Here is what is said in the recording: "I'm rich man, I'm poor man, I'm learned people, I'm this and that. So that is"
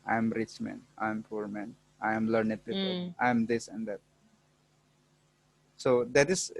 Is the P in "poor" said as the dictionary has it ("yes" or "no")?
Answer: yes